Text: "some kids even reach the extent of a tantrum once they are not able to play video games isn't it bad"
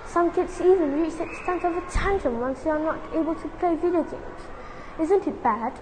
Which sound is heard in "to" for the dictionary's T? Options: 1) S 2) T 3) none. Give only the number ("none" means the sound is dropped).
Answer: 2